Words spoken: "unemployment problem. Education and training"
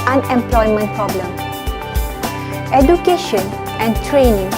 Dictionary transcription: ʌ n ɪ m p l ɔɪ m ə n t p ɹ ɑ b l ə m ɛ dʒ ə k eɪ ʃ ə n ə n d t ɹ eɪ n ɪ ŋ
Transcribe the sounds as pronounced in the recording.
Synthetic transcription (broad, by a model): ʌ n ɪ m p l ɔɪ m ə n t p ɹ ɑ b l ə m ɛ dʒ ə k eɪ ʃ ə n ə n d t ɹ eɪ n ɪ ŋ